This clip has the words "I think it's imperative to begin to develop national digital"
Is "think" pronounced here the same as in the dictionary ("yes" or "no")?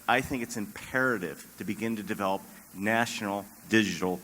yes